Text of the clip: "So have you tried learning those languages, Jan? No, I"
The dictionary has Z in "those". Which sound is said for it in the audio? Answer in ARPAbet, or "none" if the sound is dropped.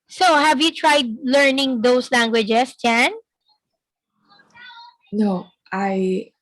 S